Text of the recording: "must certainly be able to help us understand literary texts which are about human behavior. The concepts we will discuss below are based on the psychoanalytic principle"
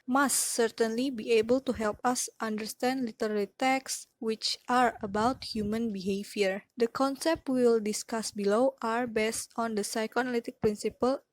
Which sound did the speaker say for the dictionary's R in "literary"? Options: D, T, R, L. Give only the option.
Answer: L